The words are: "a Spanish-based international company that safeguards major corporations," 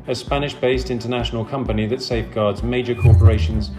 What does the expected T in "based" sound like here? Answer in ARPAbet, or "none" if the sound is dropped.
T